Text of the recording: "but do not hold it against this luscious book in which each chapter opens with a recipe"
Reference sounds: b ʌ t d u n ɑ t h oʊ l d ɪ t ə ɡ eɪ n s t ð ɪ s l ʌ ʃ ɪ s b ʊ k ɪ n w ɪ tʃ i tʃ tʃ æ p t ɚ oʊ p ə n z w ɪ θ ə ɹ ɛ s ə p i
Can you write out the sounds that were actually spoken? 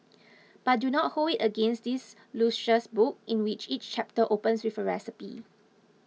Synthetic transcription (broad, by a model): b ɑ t d u n ɑ t h oʊ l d ɪ t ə ɡ eɪ n s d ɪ s l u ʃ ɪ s b ʊ k ɪ n w ɪ tʃ i tʃ tʃ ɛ p t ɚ oʊ p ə n s w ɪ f ə ɹ ɛ s ə p i